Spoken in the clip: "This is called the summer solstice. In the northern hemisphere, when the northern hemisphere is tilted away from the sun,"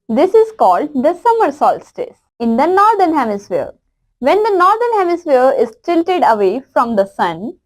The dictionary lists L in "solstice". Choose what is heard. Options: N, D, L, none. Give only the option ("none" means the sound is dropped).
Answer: L